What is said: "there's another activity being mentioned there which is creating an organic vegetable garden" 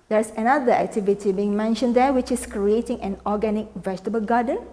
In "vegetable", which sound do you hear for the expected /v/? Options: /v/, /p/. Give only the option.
/v/